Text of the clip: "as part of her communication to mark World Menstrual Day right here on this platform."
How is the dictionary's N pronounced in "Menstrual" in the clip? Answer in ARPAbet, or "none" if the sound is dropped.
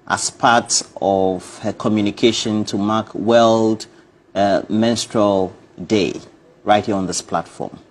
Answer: N